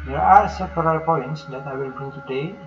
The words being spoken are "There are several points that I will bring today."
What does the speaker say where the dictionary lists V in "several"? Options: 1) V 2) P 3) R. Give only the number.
2